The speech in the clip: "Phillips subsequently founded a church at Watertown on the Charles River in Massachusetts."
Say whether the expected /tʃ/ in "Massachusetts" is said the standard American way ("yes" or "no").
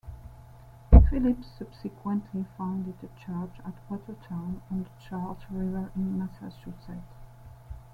no